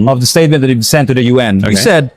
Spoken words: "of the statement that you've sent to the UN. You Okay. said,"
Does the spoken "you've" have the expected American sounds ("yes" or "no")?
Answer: no